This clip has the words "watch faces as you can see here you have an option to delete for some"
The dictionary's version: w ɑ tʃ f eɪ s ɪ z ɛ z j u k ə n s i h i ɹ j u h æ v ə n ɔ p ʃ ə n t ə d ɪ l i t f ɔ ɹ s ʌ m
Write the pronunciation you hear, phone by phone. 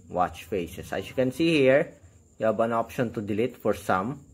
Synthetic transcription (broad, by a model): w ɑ tʃ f eɪ s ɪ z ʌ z j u k ə n s i h i ɹ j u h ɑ b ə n ɔ p ʃ ə n t ə d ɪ l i t f ɔ ɹ s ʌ m